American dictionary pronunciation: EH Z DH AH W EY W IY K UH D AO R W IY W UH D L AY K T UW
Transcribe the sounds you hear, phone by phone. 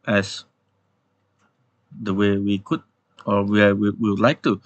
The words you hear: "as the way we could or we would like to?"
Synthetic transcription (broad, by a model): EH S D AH W EY W IY K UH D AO W W IY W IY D L AY K T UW